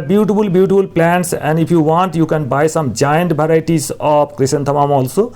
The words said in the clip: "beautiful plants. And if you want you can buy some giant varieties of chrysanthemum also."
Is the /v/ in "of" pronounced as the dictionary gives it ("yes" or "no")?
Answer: no